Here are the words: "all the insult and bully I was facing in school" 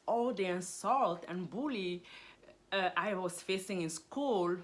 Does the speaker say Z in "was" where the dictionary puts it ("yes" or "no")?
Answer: no